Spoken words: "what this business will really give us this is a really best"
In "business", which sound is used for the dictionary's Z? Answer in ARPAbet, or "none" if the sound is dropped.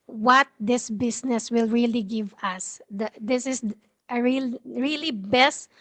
S